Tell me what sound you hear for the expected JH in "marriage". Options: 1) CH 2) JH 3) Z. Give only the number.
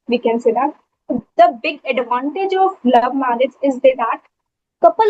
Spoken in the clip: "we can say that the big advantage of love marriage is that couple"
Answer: 3